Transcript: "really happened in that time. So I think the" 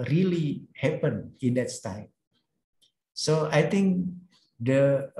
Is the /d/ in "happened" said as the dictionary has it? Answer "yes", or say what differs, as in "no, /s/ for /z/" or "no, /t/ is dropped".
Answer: no, /d/ is dropped